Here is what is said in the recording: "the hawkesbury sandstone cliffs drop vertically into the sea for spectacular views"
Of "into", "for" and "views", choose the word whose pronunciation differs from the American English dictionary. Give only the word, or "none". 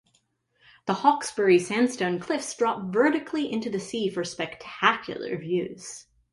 none